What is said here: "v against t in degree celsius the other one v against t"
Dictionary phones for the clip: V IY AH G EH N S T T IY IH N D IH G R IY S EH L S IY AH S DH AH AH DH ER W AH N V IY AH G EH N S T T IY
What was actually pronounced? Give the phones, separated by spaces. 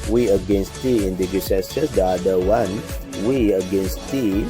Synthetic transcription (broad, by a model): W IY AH G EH N S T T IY IH N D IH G IY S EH S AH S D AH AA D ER W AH N W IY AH G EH N S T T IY